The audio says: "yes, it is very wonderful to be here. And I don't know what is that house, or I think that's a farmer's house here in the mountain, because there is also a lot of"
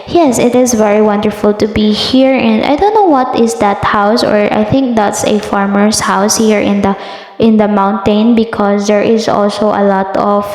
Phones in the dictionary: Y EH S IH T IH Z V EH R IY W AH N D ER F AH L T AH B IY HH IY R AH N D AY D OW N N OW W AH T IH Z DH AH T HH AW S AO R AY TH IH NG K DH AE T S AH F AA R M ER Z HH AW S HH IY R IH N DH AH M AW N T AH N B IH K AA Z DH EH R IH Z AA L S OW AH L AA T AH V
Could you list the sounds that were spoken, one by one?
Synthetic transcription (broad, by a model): Y EH S IH T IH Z V EH R IY W AH N D ER F AH L T AH B IY HH IY R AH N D AY D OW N N OW W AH T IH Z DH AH T HH AW S AO R AY TH IH NG K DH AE T S AH F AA R M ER S HH AW S HH IY R IH N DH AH M AW N T AH N B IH K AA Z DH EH R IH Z AA L S OW AH L AA T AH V